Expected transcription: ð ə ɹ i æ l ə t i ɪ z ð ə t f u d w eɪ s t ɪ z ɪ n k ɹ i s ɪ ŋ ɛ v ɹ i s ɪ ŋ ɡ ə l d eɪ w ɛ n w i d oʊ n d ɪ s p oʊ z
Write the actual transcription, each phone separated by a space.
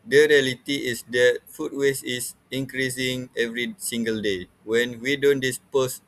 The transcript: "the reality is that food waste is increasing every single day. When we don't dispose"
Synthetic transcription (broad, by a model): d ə ɹ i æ l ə t i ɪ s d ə t f u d w eɪ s ɪ s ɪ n k ɹ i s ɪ ŋ ɛ v ɹ i s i ŋ ɡ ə l d eɪ w ɛ n w i d oʊ n d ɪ s p oʊ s